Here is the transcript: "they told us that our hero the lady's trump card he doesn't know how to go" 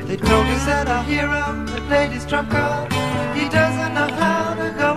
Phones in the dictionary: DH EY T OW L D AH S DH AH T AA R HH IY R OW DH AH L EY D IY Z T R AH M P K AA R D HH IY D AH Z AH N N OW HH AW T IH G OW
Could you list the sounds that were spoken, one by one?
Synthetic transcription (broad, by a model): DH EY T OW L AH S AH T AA HH IY R OW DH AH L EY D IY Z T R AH P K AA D HH IY D AH Z AH N N OW HH AW T IH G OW